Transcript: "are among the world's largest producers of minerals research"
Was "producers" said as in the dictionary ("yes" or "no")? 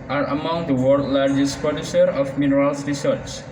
no